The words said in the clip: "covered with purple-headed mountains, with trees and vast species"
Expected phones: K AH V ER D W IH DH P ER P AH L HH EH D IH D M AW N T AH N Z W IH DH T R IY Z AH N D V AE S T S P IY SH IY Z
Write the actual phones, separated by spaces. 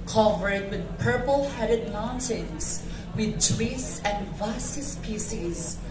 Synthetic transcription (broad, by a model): K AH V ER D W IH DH P ER P AH L HH EH D IH D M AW N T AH N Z W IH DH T W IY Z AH N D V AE S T S P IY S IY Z